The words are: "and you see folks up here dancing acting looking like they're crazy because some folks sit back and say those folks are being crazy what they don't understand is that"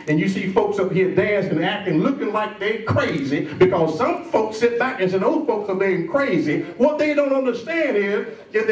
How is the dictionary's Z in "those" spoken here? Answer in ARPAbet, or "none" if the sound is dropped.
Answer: none